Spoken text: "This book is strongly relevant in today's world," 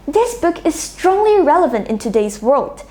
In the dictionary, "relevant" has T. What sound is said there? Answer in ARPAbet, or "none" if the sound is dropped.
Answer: T